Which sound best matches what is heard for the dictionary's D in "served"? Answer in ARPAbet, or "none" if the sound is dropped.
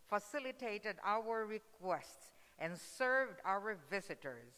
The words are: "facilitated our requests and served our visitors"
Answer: D